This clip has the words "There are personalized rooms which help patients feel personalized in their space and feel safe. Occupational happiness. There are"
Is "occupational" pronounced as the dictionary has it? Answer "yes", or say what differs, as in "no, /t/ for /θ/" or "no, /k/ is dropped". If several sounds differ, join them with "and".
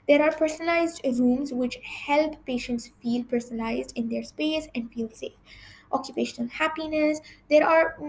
yes